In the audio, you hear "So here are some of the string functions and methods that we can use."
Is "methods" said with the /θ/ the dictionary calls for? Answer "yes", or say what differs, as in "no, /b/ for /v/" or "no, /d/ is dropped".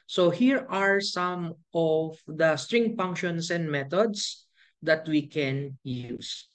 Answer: no, /t/ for /θ/